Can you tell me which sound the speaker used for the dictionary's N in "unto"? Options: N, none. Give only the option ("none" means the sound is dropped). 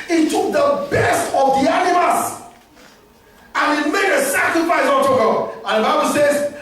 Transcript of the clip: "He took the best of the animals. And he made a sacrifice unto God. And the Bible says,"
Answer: none